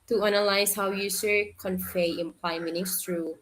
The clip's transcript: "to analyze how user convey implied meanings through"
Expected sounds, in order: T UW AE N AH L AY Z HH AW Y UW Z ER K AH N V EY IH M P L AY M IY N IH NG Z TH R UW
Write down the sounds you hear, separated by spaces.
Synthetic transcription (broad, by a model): T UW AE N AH L AY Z HH AW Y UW S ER K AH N F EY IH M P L AY M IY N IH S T R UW